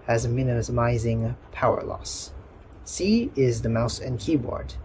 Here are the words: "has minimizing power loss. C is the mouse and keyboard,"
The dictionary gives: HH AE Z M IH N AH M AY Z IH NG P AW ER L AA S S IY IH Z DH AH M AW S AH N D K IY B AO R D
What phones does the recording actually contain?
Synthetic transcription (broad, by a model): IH Z M IH N AH M AY Z IH NG P AW ER L AA S S IY IH Z DH AH M AW S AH N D K IY B AO R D